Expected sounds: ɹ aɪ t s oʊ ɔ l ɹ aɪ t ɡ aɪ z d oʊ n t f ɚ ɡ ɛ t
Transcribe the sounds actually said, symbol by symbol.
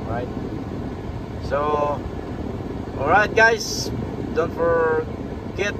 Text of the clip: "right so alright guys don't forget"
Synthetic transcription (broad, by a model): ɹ aɪ t s oʊ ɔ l ɹ aɪ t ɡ aɪ s d oʊ n t f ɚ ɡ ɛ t